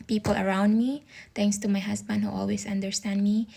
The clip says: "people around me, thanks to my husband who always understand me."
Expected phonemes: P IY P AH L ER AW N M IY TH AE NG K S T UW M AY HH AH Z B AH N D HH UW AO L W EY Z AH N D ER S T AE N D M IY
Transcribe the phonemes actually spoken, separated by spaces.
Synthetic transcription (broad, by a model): P IY P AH L ER AW N M IY T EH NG K S T UW M AY HH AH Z B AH N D HH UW AO L W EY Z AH N D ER S T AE N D M IY